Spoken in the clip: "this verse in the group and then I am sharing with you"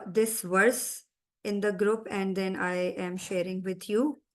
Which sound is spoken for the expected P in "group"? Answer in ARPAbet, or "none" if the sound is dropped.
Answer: P